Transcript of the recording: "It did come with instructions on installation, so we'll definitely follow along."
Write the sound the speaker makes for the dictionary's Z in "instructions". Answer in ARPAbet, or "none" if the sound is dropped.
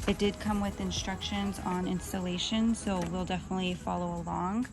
Z